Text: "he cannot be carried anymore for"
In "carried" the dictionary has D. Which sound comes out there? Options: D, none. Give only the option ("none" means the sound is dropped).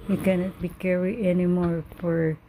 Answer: none